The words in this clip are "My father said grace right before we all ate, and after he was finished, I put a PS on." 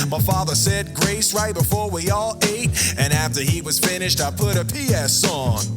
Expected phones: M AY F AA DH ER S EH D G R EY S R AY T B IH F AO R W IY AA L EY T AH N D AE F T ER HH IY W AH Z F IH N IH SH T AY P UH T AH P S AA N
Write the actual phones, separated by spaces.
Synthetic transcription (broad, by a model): M AY F AA DH ER S EH D G R EY S R AY T B IH F AO R W IY AA L EY T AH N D AE F T ER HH IY W AH Z F IH N IH SH T AY P UH T AH P S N N